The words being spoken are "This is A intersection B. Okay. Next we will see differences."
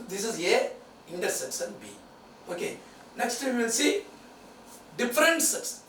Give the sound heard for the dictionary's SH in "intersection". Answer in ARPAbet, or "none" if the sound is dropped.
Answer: S